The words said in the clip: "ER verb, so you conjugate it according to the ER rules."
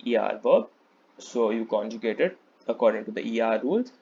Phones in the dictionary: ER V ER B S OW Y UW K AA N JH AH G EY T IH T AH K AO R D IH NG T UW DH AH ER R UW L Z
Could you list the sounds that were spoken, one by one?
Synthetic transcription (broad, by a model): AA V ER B S OW Y UW K AA N JH AH G EY T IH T AH K AO R D IH NG T UW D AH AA R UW L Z